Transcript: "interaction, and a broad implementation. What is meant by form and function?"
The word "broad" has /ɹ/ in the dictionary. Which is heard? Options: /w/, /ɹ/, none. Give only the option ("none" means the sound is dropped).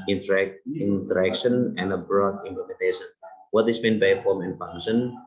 /ɹ/